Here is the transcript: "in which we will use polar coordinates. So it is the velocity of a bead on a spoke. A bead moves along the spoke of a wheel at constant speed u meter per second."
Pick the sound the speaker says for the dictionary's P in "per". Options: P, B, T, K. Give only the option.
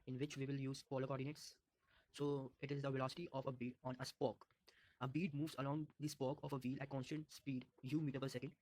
B